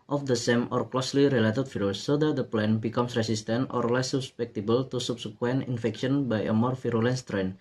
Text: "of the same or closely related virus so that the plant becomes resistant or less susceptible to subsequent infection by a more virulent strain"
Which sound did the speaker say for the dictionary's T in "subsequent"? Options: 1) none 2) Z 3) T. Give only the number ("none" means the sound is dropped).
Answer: 1